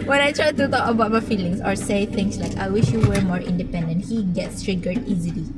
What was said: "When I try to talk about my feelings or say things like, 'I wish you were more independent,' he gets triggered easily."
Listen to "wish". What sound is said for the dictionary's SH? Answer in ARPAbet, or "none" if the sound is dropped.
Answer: SH